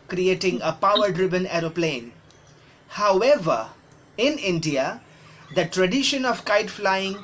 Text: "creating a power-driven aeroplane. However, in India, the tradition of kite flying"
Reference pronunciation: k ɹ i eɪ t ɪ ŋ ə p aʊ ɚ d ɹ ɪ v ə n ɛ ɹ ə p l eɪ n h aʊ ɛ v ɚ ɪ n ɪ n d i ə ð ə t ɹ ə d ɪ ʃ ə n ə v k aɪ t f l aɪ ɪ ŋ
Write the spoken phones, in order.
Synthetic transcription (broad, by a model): k ɹ i eɪ t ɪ ŋ ə p aʊ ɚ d ɹ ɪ b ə n ɛ ɹ ə p l eɪ n h aʊ ɛ v ɚ ɪ n ɪ n d i ə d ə t ɹ ə d ɪ ʃ ə n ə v k aɪ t f l aɪ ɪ ŋ